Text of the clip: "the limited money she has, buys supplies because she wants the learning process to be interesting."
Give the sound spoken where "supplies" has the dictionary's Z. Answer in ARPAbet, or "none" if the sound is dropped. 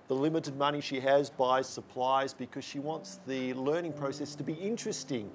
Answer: Z